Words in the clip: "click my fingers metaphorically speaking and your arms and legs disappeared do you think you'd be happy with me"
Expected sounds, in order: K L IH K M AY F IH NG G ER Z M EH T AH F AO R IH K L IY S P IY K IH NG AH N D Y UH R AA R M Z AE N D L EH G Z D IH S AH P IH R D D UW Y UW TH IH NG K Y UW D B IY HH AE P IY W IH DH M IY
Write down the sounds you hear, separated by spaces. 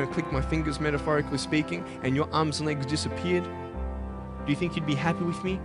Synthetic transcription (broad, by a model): K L IH K M AY F IH NG G ER Z M EH T AH F AO R IH K L IY S P IY K IH NG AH N Y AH R AA R M Z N L EH G Z D IH S AH P IH R D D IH Y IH TH IH NG K Y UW D B IY HH AE P IY W IH DH M IY